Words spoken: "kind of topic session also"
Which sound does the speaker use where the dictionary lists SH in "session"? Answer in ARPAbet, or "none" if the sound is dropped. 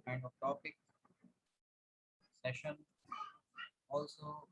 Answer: SH